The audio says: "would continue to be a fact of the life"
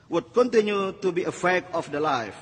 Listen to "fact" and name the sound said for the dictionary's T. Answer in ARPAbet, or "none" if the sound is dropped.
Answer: none